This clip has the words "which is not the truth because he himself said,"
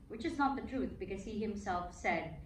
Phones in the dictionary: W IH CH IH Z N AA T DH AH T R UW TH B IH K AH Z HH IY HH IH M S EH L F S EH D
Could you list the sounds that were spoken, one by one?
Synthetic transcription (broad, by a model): W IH CH IH Z N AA T DH AH T R UW TH B IH K AH Z HH IY HH IH M S EH L F S EH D